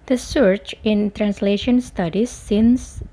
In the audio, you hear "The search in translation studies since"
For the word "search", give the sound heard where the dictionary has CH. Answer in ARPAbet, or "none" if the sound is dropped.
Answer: CH